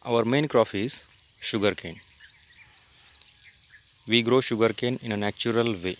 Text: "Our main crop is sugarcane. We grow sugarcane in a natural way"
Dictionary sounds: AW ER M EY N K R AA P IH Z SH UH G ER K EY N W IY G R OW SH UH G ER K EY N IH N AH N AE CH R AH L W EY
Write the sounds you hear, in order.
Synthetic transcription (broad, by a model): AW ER M EY N K R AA F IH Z SH UH G ER K EY N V IY G R OW SH UH G ER K EY N IH N AH N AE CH R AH L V EY